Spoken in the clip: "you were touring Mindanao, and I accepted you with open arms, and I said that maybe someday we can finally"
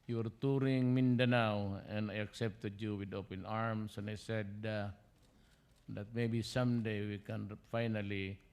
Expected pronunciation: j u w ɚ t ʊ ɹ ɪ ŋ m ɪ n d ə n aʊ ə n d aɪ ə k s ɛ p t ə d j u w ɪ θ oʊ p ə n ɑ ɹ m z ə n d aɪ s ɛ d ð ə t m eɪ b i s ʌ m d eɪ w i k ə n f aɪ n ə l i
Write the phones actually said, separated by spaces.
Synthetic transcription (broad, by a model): j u w ɚ t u ɹ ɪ ŋ m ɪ n d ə n aʊ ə n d aɪ ə k s ɛ p t ə d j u w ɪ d oʊ p ə n ɑ ɹ m s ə n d aɪ s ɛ d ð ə t m eɪ b i s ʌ m d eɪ w i k ə n f aɪ n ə l i